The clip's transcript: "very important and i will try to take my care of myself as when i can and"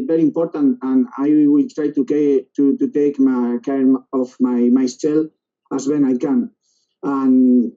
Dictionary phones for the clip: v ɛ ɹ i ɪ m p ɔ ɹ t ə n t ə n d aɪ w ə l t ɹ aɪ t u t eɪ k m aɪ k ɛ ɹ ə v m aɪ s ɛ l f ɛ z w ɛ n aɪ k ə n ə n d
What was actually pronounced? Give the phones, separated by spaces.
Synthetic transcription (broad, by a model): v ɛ ɹ i ɪ m p ɔ ɹ t ə n t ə n aɪ w ə l t ɹ aɪ t u t eɪ k m aɪ k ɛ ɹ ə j m aɪ s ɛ l ɑ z w ɛ n aɪ k ə n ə n